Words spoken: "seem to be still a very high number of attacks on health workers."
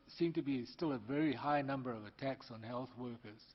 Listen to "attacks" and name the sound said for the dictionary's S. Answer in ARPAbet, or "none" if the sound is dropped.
S